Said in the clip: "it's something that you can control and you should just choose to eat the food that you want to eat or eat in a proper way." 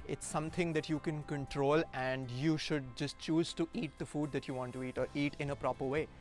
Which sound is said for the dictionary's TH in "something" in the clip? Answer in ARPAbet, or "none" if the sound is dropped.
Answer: T